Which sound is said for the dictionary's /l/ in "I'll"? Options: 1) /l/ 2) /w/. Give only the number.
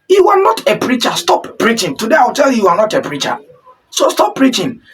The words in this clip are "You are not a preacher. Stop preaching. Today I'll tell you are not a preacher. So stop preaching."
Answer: 2